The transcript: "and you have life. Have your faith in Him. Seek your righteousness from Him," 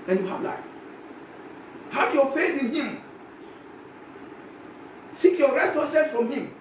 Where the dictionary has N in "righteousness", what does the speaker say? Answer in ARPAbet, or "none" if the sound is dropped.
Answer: none